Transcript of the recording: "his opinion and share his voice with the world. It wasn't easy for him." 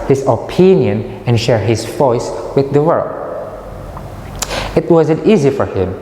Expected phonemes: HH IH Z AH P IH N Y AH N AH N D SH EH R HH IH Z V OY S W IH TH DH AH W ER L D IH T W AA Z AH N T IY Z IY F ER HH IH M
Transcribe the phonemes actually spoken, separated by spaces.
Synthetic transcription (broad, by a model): HH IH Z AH P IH N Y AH N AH N SH EH R HH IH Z V OY S W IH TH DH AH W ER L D IH T W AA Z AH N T IY Z IY F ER HH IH M